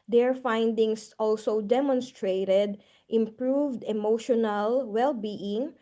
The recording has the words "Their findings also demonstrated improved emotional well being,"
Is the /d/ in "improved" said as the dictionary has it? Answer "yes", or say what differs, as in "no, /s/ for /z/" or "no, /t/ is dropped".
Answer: yes